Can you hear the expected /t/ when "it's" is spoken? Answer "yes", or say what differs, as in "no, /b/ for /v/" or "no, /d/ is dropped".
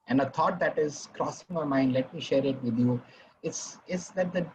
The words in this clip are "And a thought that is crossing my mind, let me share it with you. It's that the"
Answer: no, /s/ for /t/